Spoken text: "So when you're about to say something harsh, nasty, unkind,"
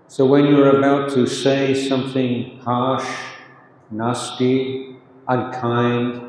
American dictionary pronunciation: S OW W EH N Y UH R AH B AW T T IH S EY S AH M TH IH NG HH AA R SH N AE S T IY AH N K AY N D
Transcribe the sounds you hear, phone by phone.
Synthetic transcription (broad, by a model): S OW W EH N Y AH R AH B AW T T IH S EY S AH M TH IH NG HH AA SH N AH S T IY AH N K AY N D